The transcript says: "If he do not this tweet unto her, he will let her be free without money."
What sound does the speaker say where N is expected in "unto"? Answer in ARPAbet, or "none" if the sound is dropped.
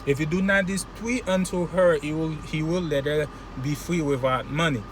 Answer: N